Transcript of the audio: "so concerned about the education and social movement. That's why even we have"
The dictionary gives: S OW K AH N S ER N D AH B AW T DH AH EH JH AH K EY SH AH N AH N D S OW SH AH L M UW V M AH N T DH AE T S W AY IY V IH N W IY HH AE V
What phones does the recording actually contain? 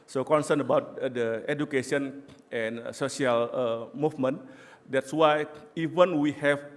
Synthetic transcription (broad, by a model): S OW K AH N S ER N AH B AW T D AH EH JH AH K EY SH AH N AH N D S OW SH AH L M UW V M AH N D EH T S W AY IY V IH N W IY HH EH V